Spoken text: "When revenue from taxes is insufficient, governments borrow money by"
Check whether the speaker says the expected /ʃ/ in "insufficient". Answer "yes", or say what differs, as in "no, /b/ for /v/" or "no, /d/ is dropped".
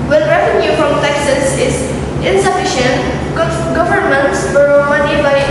yes